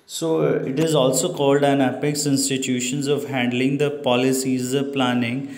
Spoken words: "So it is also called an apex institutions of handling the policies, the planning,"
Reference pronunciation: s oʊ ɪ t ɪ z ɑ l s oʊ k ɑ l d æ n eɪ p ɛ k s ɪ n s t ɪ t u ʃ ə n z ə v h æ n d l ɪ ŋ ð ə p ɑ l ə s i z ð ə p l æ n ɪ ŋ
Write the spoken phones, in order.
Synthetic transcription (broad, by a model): s oʊ ɪ t ɪ z ɑ l s oʊ k ɑ l d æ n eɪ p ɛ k s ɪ n s t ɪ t u ʃ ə n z ə v h æ n d l ɪ ŋ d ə p ɑ l ə s i z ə p l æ n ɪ ŋ